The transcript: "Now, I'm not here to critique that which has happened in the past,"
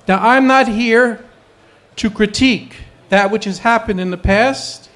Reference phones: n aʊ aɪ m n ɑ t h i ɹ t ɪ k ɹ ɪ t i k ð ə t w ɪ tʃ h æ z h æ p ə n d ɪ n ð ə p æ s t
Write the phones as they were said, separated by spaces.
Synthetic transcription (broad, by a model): n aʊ aɪ m n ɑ t h i ɹ t ɪ k ɹ ɪ t i k ð ə t w ɪ tʃ h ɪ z h æ p ə n d ɪ n ð ə p æ s t